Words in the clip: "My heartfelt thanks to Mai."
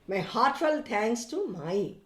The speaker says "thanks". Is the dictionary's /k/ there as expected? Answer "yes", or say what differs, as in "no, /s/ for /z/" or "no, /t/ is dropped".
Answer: no, /k/ is dropped